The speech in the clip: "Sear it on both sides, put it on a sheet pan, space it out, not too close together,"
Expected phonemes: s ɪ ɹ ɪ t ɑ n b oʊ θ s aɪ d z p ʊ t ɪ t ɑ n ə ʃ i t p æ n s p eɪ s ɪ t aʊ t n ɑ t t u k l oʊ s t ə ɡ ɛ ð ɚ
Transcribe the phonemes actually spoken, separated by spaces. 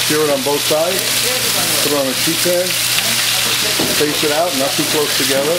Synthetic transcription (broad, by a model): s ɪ ɹ ɪ t n b oʊ θ s aɪ d z p ʊ t ɪ t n ə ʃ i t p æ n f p eɪ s ɪ t aʊ t n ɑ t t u k l oʊ s t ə ɡ ɛ ð ɚ